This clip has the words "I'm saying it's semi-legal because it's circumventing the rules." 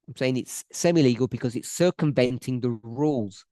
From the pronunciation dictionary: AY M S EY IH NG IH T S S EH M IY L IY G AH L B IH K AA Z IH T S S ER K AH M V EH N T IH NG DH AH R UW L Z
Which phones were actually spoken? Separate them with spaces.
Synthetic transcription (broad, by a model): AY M S EY IH NG IH T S S EH M IY L IY G AH L B IH K AA Z IH T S S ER K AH M V EH N T IH NG DH AH R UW L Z